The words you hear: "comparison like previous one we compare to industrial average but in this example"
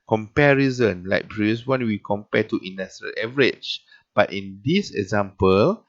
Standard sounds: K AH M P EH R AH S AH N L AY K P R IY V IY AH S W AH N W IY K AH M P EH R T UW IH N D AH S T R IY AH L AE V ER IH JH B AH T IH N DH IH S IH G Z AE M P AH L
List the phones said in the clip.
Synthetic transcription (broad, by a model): K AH M P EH R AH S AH N L AY K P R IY IY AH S W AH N W IY K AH M P EH T UW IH N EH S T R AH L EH V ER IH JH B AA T IH N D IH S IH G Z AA M P AH L